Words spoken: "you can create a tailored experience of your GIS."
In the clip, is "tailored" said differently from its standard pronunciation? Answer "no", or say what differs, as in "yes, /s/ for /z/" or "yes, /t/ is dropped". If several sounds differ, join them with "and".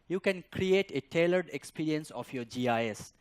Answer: no